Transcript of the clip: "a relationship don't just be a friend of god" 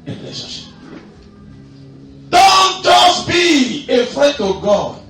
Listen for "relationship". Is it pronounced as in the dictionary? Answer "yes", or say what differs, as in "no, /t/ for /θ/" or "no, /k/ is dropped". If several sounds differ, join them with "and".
no, /n/ is dropped